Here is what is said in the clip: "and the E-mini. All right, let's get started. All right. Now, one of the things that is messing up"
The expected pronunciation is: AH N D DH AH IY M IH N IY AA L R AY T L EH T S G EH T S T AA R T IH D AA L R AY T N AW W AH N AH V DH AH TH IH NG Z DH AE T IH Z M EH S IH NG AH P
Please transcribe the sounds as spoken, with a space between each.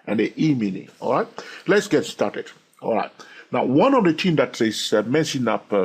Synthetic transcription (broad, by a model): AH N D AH IY M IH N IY AA L R AY T L EH T S G EH T S T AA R T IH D AA L R AY T N AW W AH N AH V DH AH T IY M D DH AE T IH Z M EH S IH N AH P